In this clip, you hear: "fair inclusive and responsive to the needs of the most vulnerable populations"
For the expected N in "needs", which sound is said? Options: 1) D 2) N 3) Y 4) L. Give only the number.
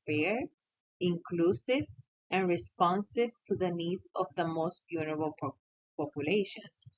2